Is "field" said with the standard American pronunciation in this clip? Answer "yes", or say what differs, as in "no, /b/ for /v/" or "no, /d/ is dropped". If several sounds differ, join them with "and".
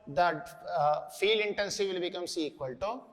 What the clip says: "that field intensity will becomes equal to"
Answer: no, /d/ is dropped